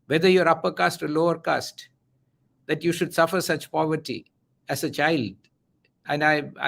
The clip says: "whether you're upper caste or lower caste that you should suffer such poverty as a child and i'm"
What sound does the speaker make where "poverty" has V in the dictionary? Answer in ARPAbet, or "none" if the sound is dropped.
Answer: V